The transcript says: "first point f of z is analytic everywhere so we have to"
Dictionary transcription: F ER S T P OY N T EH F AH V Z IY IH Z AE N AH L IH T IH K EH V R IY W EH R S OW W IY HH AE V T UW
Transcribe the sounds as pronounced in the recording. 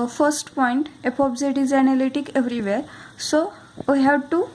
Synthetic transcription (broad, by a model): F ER S T P OY N T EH P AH B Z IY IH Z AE N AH L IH T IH K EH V R IY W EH R S OW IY HH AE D T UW